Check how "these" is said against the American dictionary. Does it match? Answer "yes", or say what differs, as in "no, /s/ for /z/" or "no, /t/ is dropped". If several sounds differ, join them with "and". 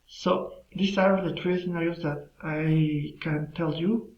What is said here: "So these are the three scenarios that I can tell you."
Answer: no, /s/ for /z/